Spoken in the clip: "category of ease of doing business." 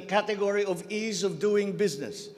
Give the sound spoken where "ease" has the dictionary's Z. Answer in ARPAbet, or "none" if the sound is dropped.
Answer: Z